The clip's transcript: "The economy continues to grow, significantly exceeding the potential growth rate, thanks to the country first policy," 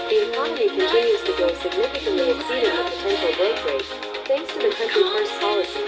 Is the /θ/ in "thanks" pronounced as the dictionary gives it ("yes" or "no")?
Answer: yes